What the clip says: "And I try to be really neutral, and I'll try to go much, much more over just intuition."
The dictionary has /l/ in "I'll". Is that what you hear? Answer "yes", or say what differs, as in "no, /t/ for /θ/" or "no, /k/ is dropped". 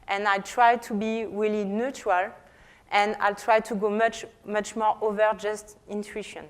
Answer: yes